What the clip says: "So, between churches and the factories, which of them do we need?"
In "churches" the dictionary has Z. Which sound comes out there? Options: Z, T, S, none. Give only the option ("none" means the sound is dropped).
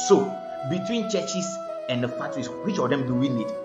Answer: S